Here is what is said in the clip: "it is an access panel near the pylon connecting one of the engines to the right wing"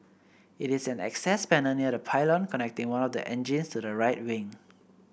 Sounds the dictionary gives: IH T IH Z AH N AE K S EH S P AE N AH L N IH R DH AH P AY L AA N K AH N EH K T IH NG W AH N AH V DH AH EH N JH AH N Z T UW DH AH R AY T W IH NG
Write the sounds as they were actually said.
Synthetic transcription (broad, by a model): IH T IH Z AH N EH K S EH S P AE N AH N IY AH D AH P AY L AA N K AH N EH K T IH NG W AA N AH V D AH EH N JH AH N S T UW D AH R AY T W IH NG